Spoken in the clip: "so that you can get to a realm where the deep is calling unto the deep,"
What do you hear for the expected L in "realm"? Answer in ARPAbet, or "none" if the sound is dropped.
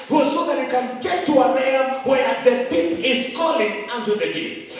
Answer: none